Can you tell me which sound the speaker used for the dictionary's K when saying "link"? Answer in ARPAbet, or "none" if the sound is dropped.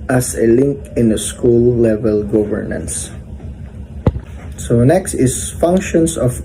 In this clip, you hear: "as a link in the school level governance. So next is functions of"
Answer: K